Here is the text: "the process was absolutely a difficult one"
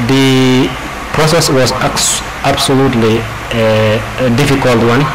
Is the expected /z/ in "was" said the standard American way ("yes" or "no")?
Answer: no